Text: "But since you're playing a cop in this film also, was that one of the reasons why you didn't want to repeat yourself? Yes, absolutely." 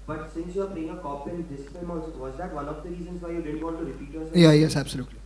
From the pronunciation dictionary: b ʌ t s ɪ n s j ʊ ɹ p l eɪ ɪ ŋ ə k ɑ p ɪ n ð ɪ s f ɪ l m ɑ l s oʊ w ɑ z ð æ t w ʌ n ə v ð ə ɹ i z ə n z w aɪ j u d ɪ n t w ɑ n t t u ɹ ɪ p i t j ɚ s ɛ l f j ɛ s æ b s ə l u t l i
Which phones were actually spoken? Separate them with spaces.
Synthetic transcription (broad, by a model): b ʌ t s ɪ n s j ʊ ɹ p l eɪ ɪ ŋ ə k ɑ p ɪ n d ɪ s p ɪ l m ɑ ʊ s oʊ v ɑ z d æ t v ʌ n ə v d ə ɹ i z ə n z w aɪ j u d ɪ n t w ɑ n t t u ɹ ɪ p i t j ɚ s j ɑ j ɛ s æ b s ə l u t l i